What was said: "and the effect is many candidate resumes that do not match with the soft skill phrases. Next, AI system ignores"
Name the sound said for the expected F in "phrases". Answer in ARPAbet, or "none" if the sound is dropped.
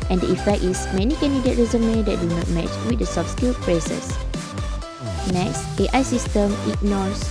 P